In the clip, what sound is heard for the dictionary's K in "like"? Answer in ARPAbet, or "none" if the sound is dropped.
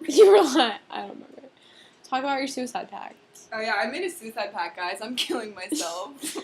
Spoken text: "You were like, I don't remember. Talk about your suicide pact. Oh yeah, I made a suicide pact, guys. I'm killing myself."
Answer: none